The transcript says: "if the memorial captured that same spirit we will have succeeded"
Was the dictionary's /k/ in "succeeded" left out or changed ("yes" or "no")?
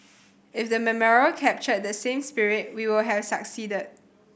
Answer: no